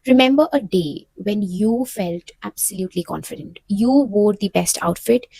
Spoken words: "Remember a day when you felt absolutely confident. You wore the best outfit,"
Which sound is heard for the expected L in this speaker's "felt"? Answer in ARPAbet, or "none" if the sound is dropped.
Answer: L